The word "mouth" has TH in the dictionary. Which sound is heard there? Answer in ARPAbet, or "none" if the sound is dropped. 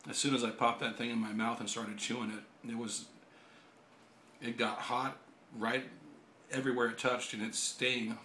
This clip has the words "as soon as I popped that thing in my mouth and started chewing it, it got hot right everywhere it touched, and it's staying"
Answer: TH